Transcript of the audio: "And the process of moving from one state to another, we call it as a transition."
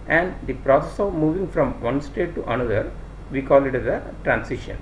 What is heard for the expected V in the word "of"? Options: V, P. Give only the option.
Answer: V